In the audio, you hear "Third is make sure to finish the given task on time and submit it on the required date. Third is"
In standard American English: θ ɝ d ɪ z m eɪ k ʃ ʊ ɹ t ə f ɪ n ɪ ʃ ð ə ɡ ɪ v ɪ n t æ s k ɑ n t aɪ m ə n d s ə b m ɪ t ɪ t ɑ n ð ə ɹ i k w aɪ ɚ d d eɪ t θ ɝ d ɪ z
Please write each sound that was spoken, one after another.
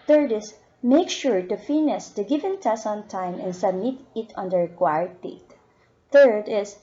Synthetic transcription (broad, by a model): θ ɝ d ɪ s m eɪ k ʃ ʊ ɹ t ə f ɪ n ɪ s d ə ɡ ɪ v ɪ n t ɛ s ɑ n t aɪ m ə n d s ə b m ɪ t ɪ t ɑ n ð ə ɹ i k w aɪ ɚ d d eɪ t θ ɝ d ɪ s